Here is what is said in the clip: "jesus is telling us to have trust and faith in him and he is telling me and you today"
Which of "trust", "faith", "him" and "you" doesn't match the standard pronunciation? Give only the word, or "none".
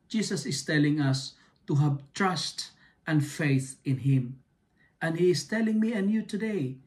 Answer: none